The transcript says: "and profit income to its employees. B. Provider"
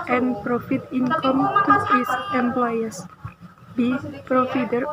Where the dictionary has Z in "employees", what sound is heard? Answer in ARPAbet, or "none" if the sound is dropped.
S